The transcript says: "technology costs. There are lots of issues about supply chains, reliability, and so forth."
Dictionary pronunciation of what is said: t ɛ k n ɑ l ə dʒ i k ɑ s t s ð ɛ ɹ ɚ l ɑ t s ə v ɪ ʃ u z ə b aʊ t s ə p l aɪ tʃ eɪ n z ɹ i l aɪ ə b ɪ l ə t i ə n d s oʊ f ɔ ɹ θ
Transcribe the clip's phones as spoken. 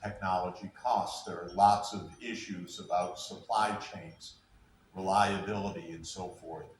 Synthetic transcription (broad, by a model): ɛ k n ɑ l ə dʒ i k ɑ s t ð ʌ ɹ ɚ l ɑ t s ə v ɪ ʃ u z ə b aʊ t s ə p l aɪ tʃ eɪ n z ɹ i l aɪ ə b ɪ l ə t i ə n s oʊ f ɔ ɹ θ